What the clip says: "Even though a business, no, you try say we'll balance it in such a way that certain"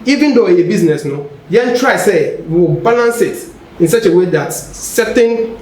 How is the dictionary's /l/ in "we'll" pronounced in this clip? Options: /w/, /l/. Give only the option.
/w/